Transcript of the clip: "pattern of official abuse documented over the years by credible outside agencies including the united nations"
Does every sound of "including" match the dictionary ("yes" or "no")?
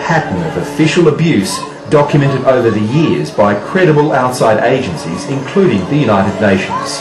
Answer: yes